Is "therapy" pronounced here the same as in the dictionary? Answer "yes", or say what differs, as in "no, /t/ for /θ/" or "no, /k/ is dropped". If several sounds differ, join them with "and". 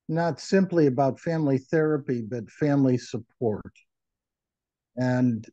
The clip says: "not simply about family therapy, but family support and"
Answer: yes